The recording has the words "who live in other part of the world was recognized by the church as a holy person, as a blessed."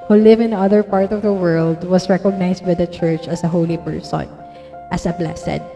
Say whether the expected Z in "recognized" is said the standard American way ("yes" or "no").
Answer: no